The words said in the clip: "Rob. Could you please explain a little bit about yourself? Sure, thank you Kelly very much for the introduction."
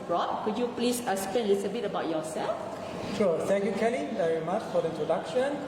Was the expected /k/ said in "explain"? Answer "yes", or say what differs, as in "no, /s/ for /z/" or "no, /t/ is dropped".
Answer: no, /k/ is dropped